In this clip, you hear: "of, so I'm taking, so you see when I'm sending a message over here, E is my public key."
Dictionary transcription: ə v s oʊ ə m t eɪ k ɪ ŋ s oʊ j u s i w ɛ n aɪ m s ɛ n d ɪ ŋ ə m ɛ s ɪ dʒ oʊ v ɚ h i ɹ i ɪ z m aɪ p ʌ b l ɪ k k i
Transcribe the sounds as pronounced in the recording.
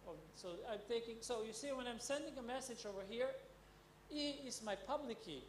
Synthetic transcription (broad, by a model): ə s oʊ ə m t eɪ k ɪ ŋ s oʊ j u s i w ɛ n aɪ m s ɛ n d ɪ ŋ ə m ɛ s ɪ dʒ oʊ v ɚ h i ɹ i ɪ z m aɪ p ʌ b l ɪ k k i